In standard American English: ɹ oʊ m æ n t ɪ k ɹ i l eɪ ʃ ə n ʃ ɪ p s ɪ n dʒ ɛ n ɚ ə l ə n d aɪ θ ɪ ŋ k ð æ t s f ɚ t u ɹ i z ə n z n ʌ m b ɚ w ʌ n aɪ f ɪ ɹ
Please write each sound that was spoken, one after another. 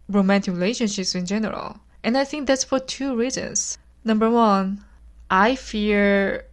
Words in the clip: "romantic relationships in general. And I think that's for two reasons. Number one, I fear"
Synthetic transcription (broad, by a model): ɹ oʊ m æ n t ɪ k ɹ i l eɪ ʃ ə n ʃ ɪ p s ɪ n dʒ ɛ n ɚ ə l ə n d aɪ θ ɪ ŋ k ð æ t s f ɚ t u ɹ i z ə n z n ʌ m b ɚ w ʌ n aɪ f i ɹ